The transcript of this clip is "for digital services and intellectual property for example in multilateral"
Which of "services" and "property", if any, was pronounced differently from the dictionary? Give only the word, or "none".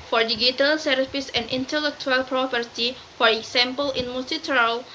services